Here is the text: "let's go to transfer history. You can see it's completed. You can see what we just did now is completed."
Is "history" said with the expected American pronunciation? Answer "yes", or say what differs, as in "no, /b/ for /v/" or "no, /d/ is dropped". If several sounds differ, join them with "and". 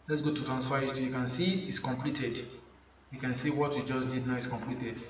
no, /ɹ/ is dropped